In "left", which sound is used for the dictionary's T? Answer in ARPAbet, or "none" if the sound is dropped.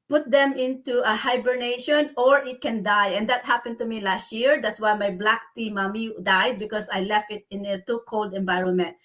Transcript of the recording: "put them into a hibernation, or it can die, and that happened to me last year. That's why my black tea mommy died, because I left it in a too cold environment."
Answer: T